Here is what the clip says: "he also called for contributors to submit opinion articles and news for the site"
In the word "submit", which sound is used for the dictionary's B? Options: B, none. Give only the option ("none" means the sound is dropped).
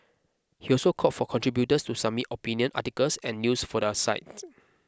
none